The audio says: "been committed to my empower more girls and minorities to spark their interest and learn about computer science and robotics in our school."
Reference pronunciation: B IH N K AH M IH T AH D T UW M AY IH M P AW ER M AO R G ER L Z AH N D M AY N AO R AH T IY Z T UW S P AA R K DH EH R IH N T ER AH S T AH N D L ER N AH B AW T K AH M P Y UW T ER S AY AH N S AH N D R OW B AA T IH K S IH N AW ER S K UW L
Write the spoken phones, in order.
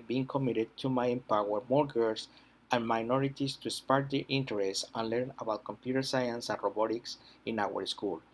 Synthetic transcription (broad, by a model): B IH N K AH M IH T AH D T UW M AY IH M P AW ER M AO R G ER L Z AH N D M AY N AO R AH T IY S T UW S P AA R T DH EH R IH N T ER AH S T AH N L ER N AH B AW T K AH M P Y UW T ER S AY AH N S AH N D R OW B AA T IH K S IH N AW ER S K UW L